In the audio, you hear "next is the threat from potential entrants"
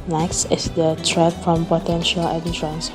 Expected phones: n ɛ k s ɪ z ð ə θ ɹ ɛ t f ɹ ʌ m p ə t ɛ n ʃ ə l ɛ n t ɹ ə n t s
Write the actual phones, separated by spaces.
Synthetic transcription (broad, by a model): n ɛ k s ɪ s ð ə t ɹ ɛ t f ɹ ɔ m p ə t ɛ n ʃ ə l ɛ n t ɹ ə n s